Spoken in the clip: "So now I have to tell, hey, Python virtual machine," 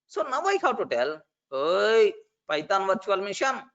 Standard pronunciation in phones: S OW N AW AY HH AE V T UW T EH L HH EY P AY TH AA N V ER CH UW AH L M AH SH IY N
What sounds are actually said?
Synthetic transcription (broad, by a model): S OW N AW AY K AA W T UW T EH L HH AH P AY T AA N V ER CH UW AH L M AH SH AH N